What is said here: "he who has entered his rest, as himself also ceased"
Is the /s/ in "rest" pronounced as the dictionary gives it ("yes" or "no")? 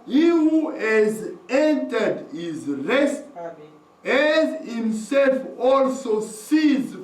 yes